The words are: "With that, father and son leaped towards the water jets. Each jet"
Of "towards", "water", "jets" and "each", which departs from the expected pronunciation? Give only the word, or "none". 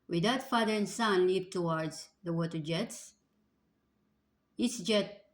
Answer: each